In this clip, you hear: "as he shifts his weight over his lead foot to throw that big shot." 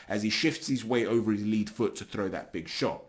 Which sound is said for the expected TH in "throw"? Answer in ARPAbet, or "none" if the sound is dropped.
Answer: TH